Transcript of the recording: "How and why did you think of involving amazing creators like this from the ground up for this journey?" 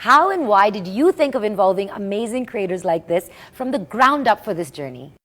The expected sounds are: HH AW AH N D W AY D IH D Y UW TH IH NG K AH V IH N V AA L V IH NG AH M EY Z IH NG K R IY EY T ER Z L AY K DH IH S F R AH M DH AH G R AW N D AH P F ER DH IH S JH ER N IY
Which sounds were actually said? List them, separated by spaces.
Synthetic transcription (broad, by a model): HH AW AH N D W AY D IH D Y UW TH IH NG K AH V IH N V AA L V IH NG AH M EY Z IH NG K R IY EY T ER Z L AY K DH IH S F R AH M DH AH G R AW N D AH P F ER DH IH S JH ER N IY